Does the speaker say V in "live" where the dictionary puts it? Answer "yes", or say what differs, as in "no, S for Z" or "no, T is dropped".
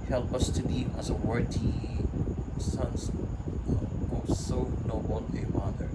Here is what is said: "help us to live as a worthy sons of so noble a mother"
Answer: no, V is dropped